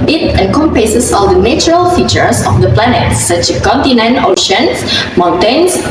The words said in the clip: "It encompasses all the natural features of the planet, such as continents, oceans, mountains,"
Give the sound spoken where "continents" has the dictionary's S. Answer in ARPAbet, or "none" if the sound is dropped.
none